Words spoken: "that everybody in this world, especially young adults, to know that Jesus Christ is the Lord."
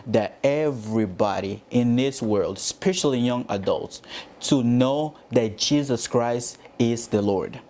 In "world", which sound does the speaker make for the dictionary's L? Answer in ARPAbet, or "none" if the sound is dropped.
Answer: L